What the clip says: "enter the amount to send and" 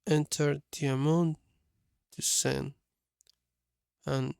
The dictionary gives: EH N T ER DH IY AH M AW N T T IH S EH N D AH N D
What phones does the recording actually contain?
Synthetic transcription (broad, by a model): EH N T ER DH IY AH M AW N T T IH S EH N AH N